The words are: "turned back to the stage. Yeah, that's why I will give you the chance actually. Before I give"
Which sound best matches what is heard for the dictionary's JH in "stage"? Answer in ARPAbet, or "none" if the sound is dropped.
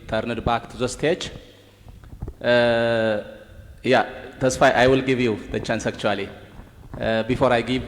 CH